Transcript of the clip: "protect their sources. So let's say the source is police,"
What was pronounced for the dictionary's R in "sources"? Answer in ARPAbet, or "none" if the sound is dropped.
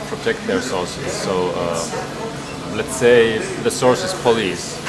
L